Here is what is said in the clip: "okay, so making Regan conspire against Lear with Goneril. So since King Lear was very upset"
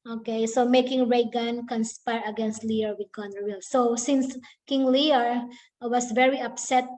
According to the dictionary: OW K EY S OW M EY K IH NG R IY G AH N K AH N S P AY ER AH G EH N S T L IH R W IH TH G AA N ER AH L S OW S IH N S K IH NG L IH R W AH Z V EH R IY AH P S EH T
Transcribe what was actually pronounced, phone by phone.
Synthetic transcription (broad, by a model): OW K EY S OW M EY K IH NG R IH G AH N K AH N S P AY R AH G EH N S T L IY R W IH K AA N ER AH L S OW S IH N S K IH NG L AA R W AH S V EH R IY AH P S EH T